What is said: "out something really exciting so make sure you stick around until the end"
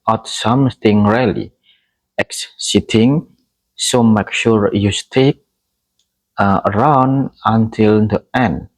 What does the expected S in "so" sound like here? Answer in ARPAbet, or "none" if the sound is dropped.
S